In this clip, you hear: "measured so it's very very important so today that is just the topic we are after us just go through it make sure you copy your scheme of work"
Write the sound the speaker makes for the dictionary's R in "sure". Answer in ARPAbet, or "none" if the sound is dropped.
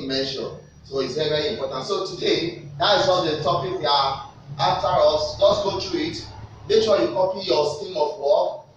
L